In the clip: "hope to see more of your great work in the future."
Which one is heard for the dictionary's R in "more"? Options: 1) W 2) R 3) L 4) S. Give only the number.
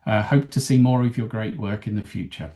2